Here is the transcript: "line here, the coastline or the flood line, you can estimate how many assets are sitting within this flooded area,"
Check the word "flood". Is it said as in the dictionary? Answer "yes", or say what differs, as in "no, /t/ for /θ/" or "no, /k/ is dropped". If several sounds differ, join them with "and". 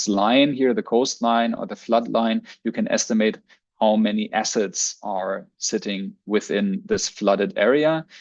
yes